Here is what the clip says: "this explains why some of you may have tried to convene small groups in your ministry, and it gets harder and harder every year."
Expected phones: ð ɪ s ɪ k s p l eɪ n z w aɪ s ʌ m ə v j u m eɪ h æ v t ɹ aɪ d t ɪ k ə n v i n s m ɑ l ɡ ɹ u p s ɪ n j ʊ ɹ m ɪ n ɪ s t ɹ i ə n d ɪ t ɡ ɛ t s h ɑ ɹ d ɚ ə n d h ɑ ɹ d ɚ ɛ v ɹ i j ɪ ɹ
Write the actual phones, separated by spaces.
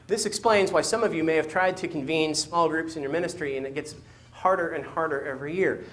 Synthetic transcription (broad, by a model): ð ɪ s ɪ k s p l eɪ n z w aɪ s ʌ m ə v j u m eɪ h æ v t ɹ aɪ d t ɪ k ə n v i n s m ɑ l ɡ ɹ u p s ɪ n j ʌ ɹ m ɪ n ɪ s t ɹ i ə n ɪ t ɡ ɛ t s h ɑ ɹ d ɚ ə n h ɑ ɹ d ɚ ɛ v ɹ i j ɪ ɹ